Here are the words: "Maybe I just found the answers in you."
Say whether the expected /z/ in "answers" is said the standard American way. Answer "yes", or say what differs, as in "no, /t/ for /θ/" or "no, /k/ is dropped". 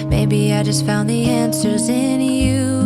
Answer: yes